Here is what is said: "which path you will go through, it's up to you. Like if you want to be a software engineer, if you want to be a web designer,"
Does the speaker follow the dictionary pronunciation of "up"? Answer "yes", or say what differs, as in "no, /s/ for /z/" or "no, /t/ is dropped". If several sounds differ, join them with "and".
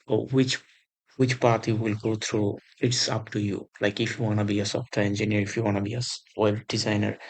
yes